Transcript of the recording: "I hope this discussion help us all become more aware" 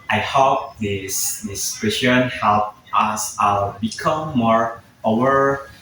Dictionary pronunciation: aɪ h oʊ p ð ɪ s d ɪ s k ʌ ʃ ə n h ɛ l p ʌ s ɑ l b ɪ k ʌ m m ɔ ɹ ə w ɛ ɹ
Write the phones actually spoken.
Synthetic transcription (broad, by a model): aɪ h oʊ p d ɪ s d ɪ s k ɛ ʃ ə n h ɛ l p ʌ s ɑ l b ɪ k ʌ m m ɔ ɹ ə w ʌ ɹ